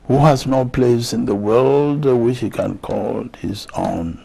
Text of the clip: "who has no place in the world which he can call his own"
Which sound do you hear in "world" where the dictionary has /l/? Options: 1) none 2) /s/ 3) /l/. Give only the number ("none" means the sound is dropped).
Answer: 3